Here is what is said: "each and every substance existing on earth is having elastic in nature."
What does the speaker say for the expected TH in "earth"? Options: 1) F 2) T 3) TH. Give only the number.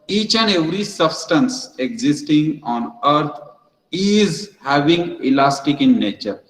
2